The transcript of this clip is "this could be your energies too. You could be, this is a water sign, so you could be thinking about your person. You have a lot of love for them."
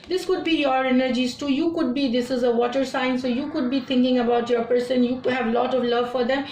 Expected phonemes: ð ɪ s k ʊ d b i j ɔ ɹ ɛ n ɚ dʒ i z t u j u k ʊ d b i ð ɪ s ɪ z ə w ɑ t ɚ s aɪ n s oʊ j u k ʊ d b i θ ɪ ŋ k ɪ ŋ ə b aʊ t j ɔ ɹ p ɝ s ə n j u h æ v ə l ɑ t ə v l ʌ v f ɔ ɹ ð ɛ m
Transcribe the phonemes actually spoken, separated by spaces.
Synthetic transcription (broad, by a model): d ɪ s k ʊ d b i j ɔ ɹ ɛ n ɚ dʒ i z t u j u k ʊ d b i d ɪ s ɪ z ə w ɑ t ɚ s aɪ n s oʊ j u k ʊ d b i t ɪ ŋ k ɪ ŋ ə b aʊ t j ɔ ɹ p ɝ s ə n j u h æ v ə l ɑ t ə v l ʌ v f ɔ ɹ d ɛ m